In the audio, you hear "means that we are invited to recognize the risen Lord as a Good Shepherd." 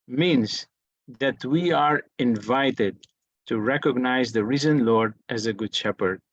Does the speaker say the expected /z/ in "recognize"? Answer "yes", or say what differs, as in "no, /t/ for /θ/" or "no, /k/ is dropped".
yes